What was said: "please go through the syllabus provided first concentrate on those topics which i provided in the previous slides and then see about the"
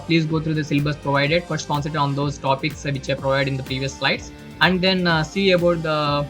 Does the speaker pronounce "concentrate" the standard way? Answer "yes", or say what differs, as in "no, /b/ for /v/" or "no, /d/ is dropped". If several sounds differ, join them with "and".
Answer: no, /n/ is dropped and /ɹ/ is dropped